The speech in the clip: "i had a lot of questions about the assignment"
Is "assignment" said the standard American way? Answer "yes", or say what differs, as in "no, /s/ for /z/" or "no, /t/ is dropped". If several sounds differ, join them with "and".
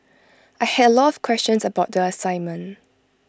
no, /n/ is dropped and /t/ is dropped